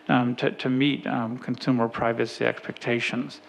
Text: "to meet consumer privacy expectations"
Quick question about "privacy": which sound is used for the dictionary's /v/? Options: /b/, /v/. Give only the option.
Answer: /v/